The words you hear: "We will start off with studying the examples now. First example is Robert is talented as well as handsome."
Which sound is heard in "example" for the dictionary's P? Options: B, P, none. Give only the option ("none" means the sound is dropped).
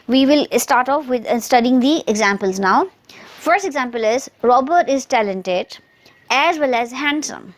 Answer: P